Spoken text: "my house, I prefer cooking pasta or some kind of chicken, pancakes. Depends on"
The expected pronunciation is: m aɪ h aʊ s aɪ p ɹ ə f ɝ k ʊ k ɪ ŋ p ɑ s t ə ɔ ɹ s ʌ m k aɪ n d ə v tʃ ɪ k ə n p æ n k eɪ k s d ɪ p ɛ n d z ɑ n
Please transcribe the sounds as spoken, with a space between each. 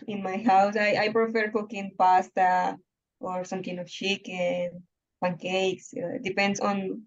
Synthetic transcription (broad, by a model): m aɪ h aʊ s aɪ p ɹ ə f ɝ k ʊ k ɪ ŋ p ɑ s t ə ɔ ɹ s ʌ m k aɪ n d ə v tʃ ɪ k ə n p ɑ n k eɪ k s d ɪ p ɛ n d s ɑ n